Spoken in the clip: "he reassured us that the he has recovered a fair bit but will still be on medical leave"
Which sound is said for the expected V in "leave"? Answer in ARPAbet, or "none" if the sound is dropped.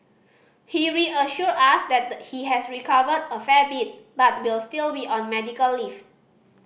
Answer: F